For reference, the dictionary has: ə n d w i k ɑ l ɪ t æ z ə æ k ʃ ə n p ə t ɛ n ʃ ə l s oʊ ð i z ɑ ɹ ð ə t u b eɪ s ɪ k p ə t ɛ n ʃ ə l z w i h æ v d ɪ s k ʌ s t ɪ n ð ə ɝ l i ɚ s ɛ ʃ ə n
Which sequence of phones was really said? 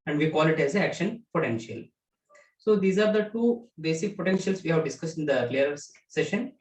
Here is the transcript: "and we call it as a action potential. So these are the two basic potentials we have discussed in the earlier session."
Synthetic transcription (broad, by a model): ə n d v i k ɑ l ɪ t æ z ə æ k ʃ ə n p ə t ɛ n ʃ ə l s oʊ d i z ɑ ɹ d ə t u b eɪ s ɪ k p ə t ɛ n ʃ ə l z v i h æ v d ɪ s k ʌ s t ɪ n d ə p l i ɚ s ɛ ʃ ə n